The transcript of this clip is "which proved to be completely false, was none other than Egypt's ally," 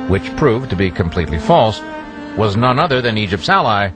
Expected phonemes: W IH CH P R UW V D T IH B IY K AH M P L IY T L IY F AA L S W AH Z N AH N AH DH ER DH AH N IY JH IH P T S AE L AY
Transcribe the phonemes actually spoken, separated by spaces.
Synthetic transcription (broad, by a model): W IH CH P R UW V T IH B IY K AH M P L IY T L IY F AA L S W AH Z N AH N AH DH ER DH AH N IY JH IH P T S AE L AY